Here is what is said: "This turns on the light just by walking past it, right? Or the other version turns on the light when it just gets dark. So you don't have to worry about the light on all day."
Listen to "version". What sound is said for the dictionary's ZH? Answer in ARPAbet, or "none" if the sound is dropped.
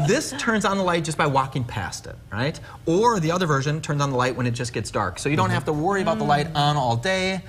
ZH